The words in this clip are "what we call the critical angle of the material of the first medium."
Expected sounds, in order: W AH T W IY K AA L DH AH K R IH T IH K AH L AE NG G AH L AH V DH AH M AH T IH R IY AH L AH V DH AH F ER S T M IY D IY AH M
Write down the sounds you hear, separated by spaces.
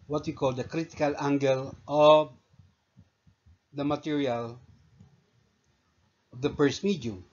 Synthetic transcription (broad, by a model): W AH T W IY K AA L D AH K R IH T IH K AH L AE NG G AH L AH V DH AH M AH T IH R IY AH L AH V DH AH P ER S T M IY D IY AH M